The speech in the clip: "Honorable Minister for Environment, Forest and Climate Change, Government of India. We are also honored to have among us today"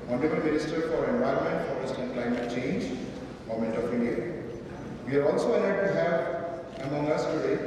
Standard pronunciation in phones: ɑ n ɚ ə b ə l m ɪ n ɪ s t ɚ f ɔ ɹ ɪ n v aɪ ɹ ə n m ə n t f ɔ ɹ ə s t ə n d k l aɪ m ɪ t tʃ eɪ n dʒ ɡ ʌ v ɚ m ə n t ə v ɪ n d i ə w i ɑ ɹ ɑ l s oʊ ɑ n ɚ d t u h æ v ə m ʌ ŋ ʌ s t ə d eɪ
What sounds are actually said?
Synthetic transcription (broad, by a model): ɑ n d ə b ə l m ɪ n ɪ s t ɚ f ɔ ɹ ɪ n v aɪ ɹ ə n m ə n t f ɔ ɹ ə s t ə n k l aɪ m ɪ t tʃ eɪ n dʒ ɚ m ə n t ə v ɪ n d i ə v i ɑ ɹ ɑ l s oʊ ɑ l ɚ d t u h æ v ə m ʌ ŋ ʌ s t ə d eɪ